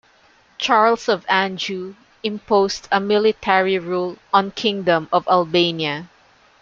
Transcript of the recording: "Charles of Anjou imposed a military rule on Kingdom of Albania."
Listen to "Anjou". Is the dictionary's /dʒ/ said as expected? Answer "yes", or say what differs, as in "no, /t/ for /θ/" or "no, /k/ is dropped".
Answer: yes